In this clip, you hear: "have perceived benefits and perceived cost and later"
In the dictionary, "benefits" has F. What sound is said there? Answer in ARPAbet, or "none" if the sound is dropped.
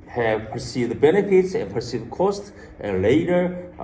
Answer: F